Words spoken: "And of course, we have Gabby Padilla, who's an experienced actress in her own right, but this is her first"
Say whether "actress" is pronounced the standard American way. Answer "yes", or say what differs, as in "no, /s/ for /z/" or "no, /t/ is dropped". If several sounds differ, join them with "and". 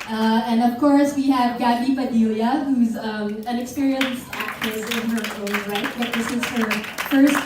no, /ɹ/ is dropped